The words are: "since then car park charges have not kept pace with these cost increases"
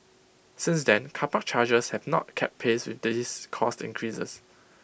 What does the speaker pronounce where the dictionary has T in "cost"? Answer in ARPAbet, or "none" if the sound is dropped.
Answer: T